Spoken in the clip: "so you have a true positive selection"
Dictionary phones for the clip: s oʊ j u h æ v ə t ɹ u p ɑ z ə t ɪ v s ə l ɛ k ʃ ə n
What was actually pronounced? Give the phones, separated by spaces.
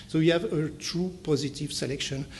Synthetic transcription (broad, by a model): s oʊ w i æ v ə t ɹ u p ɑ z ə t ɪ v s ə l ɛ k ʃ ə n